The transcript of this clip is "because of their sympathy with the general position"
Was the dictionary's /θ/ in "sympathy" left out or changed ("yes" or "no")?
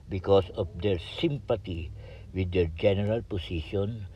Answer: yes